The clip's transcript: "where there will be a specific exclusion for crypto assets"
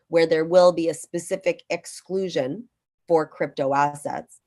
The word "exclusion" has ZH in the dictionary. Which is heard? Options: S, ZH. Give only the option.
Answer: ZH